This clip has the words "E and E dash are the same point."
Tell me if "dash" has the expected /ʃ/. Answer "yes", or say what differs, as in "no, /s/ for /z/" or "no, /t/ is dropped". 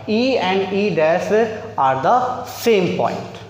no, /s/ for /ʃ/